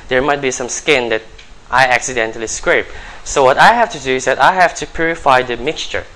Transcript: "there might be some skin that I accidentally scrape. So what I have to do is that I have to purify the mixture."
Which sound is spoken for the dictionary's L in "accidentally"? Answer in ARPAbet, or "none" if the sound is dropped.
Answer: L